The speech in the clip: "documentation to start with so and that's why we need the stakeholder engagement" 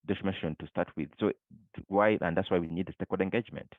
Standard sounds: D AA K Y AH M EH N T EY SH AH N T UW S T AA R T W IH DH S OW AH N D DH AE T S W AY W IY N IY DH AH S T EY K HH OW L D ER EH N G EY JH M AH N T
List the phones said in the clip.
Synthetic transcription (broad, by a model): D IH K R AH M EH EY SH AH N T UW S T AA R T W IH DH S OW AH N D DH AE T S W AY W IY N IY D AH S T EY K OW D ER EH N G EY JH M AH N T